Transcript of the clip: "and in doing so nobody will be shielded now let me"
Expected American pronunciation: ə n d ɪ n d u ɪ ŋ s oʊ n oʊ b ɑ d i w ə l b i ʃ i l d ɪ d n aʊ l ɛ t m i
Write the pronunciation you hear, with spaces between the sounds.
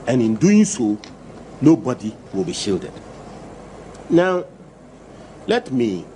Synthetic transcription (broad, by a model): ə n ɪ n d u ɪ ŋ s oʊ n oʊ b ɑ d i w ə l b i ʃ i l d ɪ d n aʊ l ɛ t m i